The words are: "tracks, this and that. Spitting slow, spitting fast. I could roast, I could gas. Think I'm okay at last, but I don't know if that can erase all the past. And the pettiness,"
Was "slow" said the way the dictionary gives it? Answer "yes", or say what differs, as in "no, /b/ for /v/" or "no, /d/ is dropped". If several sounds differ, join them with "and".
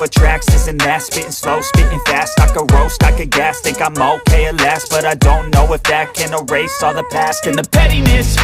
yes